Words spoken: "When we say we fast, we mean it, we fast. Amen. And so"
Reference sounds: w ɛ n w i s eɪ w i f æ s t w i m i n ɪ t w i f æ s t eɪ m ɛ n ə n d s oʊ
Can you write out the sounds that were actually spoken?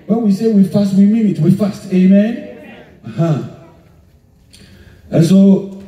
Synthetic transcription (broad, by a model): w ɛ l w i s eɪ w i f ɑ s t w i m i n ɪ t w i f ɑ s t eɪ m ɛ n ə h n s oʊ